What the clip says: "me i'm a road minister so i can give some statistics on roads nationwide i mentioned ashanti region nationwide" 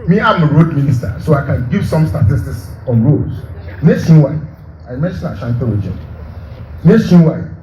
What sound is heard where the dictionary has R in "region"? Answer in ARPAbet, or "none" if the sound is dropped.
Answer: W